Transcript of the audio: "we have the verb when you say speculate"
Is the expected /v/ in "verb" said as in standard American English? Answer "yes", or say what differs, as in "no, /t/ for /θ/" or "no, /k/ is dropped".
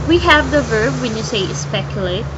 yes